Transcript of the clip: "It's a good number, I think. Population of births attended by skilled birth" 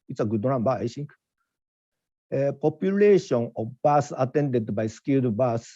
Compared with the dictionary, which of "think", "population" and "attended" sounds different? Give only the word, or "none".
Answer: think